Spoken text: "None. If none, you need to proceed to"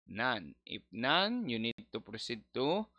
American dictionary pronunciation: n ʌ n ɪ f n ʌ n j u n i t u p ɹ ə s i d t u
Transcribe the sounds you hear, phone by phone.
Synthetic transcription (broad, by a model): n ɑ n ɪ p n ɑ n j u n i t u p ɹ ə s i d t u